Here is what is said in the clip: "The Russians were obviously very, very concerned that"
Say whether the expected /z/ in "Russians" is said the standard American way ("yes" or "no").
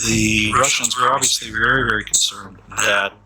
yes